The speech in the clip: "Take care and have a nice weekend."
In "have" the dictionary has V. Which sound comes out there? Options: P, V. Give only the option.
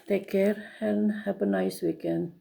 P